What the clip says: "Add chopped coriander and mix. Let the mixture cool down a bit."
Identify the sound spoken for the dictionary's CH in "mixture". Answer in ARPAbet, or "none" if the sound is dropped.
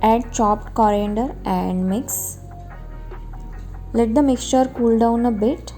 CH